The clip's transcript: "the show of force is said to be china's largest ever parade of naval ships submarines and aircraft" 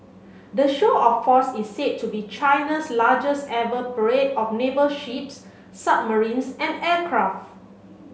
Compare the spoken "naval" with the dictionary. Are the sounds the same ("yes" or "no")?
no